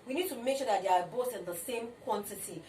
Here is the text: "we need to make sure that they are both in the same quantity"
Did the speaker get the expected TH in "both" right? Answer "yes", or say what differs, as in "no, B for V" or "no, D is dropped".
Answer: no, T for TH